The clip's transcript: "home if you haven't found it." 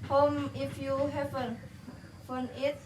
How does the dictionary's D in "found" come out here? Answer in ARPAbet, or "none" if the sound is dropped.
none